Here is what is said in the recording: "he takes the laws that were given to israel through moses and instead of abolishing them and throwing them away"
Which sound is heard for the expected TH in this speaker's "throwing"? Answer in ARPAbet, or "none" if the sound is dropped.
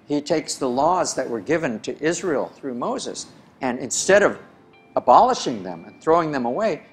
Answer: TH